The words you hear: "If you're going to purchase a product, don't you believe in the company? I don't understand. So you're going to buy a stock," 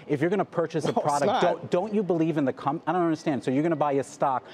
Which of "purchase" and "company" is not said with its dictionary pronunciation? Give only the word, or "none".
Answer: company